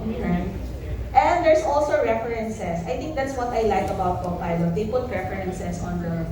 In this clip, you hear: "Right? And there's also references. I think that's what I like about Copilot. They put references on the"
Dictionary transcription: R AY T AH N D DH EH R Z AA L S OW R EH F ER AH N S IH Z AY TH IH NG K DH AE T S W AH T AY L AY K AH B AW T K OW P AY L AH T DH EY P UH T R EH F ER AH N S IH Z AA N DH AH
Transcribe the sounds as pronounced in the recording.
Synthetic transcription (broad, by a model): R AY T AH N D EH R S AA L S OW R EH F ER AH N S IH S AY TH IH NG K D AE T S W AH T AY L AY K AH B AW T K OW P AY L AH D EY P UH T R EH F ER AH N S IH S AA N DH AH